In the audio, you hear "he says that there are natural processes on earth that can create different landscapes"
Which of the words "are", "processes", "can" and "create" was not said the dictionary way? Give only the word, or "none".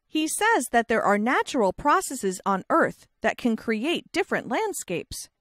none